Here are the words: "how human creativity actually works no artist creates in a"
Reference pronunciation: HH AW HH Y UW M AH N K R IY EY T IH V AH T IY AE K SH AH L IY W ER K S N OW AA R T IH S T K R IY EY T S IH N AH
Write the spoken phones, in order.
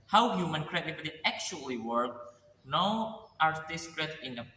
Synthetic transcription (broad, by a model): HH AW HH Y UW M AH N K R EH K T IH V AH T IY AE K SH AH L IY W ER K N OW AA R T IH S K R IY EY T IH N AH